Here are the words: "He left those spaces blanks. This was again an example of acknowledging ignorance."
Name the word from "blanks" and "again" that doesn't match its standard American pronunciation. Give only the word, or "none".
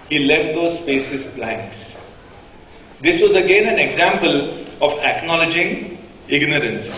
blanks